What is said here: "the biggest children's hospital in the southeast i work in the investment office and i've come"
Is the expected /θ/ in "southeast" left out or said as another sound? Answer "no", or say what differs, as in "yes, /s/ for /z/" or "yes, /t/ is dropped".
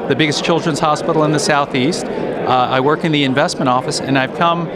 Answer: no